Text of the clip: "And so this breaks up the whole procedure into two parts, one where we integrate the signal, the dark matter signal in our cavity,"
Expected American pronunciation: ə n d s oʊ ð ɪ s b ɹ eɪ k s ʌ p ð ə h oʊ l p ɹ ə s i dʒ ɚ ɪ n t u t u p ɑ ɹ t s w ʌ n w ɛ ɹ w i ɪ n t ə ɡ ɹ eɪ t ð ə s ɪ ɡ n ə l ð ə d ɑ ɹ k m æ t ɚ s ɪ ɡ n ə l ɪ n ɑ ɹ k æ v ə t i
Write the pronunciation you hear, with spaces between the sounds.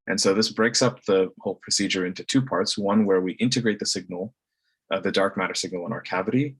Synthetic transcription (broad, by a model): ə n s oʊ ð ɪ s b ɹ eɪ k s ʌ p ð ə h oʊ l p ɹ ə s i dʒ ɚ ɪ n t u t u p ɑ ɹ t s w ʌ n w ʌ ɹ w i ɪ n t ə ɡ ɹ eɪ t ð ə s ɪ ɡ n ə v ð ə d ɑ ɹ k m æ t ɚ s ɪ ɡ n l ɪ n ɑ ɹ k æ v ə t i